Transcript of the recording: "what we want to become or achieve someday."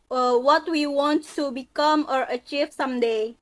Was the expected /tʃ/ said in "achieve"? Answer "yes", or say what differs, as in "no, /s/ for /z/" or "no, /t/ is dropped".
yes